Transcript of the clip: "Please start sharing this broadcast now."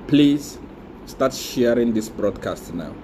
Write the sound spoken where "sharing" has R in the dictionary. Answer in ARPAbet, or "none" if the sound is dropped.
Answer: R